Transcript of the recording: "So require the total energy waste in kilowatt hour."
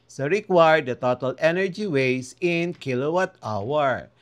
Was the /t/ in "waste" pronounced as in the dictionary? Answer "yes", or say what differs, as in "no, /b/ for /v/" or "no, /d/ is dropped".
no, /t/ is dropped